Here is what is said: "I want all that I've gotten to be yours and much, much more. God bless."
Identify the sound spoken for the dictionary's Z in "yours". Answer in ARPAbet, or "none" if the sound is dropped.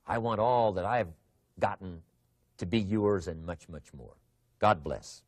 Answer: Z